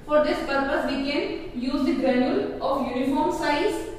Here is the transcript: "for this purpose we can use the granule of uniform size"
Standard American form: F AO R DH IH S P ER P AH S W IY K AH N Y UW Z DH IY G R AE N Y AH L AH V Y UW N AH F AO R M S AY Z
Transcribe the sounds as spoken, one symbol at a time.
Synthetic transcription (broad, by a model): F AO R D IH S P ER P AH S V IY K AH N Y UW Z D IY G EH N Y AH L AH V Y UW N AH F AO R M S AY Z